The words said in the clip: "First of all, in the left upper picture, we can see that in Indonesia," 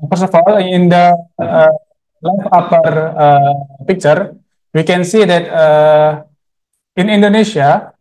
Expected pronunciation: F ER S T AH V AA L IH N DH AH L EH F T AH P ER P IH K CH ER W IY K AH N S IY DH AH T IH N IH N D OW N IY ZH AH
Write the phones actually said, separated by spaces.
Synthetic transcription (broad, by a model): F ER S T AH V AA L IH N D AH L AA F AA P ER P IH K CH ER W IY K AH N S IY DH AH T IH N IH N D OW N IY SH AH